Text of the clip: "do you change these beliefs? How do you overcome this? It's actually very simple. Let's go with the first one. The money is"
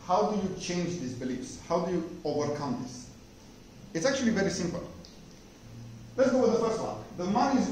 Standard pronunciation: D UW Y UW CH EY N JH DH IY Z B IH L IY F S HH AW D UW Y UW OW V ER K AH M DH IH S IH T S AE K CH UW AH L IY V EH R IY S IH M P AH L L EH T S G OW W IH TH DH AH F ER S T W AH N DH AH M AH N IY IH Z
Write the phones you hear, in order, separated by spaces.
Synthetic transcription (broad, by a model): D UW Y UW CH EY N JH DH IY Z B IH L IY F S HH AW D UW Y UW OW V ER K AH M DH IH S IH T S AE K CH UW AH L IY V EH R IY S IH M P AH L L EH T S G OW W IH DH AH F ER S T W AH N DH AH M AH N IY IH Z